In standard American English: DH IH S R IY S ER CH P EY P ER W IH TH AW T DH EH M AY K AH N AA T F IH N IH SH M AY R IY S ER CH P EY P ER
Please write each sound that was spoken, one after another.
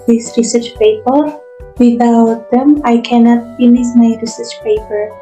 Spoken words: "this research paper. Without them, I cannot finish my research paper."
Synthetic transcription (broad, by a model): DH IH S R IY S ER CH P EY P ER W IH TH AW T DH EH M AY K AH N AA T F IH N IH S M AY R IY S ER CH P EY P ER